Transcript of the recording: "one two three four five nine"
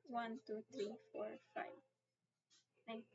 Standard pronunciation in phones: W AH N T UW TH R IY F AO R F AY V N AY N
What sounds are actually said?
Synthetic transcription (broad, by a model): W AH N T UW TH R IY F AO R F AY V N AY